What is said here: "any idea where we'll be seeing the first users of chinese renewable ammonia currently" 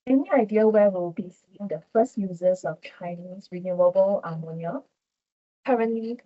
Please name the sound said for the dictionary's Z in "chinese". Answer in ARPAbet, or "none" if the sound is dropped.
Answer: S